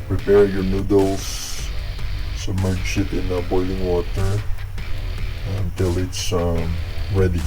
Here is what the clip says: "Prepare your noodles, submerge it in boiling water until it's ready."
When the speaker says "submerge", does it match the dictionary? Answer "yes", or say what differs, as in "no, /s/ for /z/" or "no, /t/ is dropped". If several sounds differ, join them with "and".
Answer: no, /ʃ/ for /dʒ/